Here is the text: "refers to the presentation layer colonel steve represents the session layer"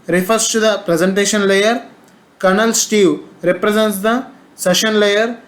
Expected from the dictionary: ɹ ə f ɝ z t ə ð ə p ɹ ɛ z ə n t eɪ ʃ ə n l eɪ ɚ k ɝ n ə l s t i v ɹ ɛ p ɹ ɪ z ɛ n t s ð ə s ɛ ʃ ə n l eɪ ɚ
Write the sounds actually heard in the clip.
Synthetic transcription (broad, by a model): ɹ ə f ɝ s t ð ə p ɹ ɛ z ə n t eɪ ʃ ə n l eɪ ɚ k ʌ n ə l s t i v ɹ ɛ p ɹ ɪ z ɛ n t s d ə s ɛ ʃ ə n l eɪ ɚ